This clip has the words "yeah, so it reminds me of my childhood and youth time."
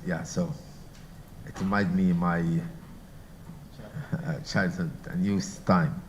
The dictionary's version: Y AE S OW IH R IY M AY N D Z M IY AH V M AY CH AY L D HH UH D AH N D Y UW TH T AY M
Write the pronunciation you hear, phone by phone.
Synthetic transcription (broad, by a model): Y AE S OW IH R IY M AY D M IY M AY CH AY L D HH UH D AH N Y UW S T AY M